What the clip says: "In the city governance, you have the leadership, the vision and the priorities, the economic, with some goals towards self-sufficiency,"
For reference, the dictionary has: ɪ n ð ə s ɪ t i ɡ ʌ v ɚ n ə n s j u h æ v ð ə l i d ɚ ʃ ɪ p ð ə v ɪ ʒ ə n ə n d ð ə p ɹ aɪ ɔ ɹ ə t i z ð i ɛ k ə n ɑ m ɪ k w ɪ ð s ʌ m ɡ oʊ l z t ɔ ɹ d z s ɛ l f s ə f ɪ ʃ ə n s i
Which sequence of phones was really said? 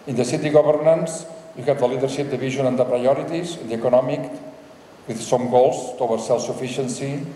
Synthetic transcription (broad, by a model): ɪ n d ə s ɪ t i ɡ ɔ b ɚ n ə n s j u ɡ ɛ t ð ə l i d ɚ ʃ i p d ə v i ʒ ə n ə n d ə p ɹ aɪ ɔ ɹ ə t i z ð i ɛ k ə n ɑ m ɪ k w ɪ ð s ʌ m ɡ oʊ l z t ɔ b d s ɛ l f s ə f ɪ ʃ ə n s i